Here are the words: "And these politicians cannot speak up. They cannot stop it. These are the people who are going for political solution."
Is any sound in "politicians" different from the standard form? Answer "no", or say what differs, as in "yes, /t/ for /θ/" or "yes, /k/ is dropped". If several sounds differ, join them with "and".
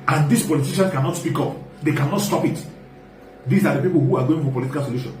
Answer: yes, /z/ is dropped